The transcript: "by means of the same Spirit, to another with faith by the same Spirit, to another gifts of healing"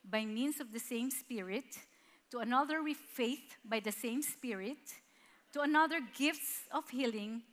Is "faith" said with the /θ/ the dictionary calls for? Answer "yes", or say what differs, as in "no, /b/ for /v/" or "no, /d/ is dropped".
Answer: yes